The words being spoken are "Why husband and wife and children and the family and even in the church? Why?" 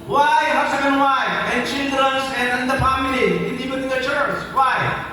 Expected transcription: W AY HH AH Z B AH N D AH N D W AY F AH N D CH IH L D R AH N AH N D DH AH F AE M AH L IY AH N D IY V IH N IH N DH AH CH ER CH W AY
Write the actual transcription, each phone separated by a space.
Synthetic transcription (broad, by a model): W AY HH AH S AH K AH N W AY AH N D CH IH L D R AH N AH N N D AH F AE M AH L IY AH N D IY P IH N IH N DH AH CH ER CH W AY